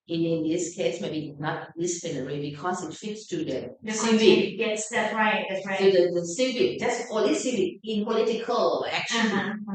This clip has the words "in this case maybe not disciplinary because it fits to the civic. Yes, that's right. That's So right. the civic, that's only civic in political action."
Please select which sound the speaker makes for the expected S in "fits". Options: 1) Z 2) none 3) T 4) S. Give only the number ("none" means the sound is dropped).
4